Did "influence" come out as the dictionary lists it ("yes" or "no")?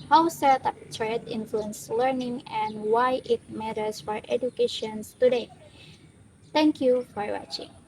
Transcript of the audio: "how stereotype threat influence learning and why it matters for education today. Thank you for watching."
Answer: yes